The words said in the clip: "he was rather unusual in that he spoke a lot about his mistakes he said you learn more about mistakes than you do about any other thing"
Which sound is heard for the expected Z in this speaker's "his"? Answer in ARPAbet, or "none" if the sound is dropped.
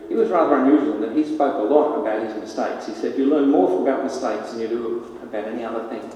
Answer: Z